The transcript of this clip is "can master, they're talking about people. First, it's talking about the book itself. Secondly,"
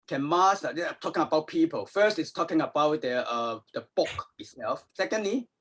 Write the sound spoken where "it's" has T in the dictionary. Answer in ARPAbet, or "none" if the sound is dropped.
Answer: T